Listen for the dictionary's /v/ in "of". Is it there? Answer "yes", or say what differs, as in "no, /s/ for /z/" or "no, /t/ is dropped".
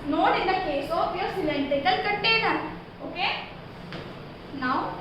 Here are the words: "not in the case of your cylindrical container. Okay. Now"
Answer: no, /p/ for /v/